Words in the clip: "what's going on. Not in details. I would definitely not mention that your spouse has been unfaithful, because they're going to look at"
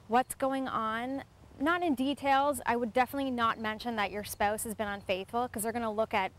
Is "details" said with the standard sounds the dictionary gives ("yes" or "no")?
yes